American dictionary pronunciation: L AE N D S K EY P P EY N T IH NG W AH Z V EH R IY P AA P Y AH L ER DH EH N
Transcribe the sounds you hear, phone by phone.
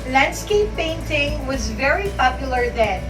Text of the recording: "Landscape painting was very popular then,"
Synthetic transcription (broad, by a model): L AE N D S K EY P P EY N T IH NG W AH Z V EH R IY P AA P Y AH L ER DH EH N